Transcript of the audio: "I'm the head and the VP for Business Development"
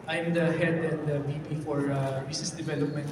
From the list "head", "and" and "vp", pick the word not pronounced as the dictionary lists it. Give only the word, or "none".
vp